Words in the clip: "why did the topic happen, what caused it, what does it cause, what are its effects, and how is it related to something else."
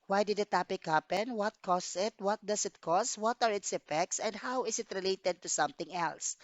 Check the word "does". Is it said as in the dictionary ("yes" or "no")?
no